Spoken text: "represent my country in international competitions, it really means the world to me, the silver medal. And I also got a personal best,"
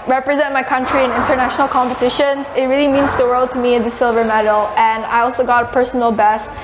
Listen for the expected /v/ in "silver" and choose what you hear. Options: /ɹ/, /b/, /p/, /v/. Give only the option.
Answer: /v/